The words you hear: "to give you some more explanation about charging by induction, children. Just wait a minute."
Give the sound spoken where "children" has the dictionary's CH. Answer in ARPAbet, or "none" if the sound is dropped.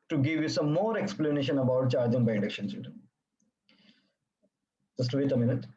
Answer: S